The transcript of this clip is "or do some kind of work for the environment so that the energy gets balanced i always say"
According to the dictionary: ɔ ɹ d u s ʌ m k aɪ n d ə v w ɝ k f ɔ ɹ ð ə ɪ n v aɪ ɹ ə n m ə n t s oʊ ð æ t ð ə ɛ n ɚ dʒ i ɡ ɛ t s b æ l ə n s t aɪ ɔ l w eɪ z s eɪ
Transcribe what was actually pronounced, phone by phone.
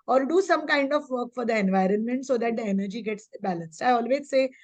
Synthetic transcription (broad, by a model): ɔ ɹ d u s ʌ m k aɪ n d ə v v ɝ k f ɔ ɹ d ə ɪ n v aɪ ɹ ə n m ə n t s oʊ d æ t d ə ɛ n ɚ dʒ i ɡ ɛ t s b æ l ə n s t aɪ ɔ l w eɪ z s eɪ